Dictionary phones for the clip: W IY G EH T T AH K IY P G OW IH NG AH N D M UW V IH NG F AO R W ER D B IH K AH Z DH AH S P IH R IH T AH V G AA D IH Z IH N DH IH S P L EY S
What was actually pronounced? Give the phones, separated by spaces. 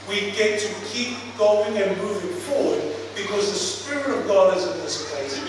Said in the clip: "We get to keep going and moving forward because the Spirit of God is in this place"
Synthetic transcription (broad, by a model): W IY G EH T T AH K IY P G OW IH NG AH N M UW V IH NG F AO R W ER D B IH K AH Z DH AH S P IH R IH T AH V G AA D IH Z IH N DH IH S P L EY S